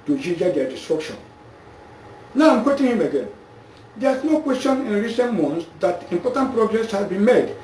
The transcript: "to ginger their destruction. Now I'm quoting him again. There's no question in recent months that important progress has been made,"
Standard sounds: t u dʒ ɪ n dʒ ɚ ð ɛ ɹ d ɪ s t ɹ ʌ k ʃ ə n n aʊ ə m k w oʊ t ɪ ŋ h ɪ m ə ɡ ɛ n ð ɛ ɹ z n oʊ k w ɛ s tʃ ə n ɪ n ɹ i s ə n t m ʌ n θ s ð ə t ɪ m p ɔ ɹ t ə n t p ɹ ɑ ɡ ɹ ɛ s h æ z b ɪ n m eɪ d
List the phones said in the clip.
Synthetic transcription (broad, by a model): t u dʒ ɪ dʒ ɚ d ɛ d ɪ s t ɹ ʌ k ʃ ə n n aʊ ə m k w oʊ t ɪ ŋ h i m ə ɡ ɛ n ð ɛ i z n oʊ k w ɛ s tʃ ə n ɪ n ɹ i s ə n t m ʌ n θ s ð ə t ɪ m p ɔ t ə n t p ɹ ɑ ɡ ɹ ɛ s h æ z b ɪ n m eɪ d